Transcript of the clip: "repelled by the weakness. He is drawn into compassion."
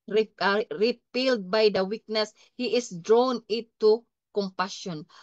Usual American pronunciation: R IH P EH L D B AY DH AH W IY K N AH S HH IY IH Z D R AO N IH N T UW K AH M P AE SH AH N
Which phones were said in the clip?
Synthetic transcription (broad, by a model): R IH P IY L D B AY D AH W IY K N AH S HH IY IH S D R AO N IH T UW K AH M P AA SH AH N